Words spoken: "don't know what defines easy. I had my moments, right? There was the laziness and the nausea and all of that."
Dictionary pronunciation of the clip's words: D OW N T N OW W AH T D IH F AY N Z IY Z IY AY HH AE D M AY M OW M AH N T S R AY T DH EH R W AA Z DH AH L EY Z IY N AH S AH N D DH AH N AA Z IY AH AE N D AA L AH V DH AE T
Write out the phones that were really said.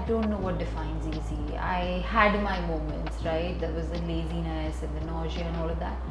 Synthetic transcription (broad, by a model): D OW N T N OW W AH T D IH F AY N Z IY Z IY AY HH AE D M AY M OW M AH N T S R AY T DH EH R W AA Z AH L EY Z IY N AH S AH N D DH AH N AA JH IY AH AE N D AA L AH V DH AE T